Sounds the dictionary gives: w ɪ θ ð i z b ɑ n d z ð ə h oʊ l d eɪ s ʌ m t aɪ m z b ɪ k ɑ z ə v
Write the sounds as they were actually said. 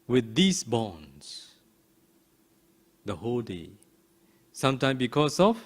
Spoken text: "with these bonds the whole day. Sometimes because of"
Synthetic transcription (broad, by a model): w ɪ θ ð i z b ɑ n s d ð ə h oʊ l d eɪ s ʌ m t aɪ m b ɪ k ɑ s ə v